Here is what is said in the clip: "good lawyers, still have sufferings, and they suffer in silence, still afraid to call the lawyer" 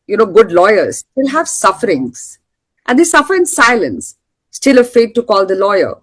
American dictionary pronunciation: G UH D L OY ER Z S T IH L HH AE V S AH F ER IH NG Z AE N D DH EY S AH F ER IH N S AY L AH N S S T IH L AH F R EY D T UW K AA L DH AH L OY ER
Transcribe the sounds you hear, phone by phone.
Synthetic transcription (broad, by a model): G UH D L OY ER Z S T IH L HH AE V S AH F ER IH NG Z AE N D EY S AH F ER IH N S AY L AH N S S T IH L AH F EY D T UW K AA L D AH L OY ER